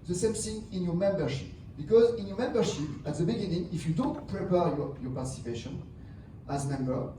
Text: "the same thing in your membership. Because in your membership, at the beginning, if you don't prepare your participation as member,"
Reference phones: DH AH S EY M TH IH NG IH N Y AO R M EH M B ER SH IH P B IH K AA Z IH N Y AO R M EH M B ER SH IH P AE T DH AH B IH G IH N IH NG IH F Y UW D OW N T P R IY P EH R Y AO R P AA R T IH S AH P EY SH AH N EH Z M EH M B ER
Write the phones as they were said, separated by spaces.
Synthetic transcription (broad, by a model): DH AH S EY M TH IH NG IH N Y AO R M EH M B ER SH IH P B IH K AA Z IH N Y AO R M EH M B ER SH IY P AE T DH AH B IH G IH N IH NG IH F Y UW D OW N T P R IY P EH R Y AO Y P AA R T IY S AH P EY SH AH N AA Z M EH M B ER